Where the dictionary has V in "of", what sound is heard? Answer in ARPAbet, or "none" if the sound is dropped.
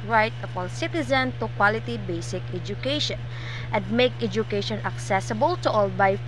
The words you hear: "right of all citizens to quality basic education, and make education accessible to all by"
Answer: P